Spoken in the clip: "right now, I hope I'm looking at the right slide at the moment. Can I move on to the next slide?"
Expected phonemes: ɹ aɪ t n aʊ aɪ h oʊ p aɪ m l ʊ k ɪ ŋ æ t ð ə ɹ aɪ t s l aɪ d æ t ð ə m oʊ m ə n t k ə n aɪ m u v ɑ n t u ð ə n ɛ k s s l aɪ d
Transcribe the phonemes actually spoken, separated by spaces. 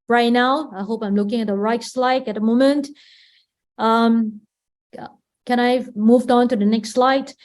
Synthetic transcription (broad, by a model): ɹ aɪ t n aʊ aɪ h oʊ p aɪ m l ʊ k ɪ ŋ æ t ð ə ɹ aɪ t s l aɪ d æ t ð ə m oʊ m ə n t k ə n aɪ m u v ɑ n t u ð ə n ɛ k s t l aɪ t